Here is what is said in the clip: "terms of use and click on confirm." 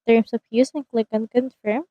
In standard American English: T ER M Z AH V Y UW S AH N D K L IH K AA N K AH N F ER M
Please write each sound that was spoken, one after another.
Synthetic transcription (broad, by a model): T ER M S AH P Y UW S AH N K L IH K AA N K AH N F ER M